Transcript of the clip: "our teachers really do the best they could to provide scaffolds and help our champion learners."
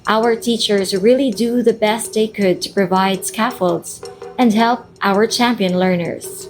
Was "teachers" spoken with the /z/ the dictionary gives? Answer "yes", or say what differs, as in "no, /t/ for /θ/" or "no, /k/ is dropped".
yes